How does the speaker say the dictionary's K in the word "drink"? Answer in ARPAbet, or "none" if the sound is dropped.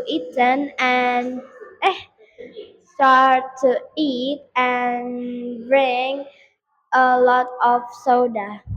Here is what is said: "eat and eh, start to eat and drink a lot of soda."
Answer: none